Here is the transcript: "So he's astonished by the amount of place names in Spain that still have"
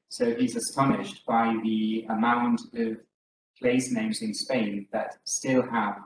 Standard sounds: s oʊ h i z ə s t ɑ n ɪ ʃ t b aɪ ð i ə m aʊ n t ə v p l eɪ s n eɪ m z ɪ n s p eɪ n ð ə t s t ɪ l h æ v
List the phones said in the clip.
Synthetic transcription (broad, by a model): s oʊ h i z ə s t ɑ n ɪ ʃ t b aɪ ð i ə m aʊ n t ə v p l eɪ s n eɪ m z ɪ n s p eɪ n ð ə t s t ɪ l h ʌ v